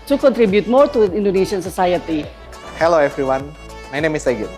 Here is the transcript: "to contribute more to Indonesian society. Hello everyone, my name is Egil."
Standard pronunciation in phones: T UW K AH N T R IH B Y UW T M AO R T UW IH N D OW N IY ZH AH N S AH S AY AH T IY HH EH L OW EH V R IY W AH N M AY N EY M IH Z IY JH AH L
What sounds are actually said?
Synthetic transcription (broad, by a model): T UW K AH N T R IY B Y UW T M AO R T UW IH N D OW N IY SH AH N S AH S AY AH T IY HH EH L OW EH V R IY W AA N M AY N EY M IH S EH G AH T